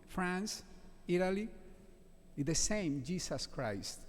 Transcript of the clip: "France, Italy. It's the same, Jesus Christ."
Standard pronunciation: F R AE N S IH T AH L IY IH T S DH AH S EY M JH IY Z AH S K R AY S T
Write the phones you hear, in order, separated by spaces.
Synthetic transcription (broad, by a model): F R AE N S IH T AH L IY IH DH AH S EY M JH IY S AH S K R AY S T